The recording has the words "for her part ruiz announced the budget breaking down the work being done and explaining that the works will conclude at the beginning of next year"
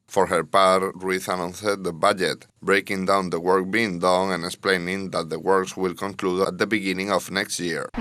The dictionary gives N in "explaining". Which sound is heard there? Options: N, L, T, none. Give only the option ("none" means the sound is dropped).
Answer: N